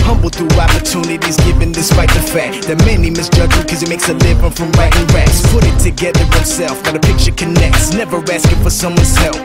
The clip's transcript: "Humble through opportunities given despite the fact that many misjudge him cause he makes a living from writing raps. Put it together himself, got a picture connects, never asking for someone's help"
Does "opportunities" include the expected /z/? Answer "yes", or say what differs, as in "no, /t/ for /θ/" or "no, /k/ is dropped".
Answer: yes